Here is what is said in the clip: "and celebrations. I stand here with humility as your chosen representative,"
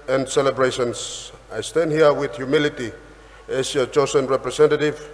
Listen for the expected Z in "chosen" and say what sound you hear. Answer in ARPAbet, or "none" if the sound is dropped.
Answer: S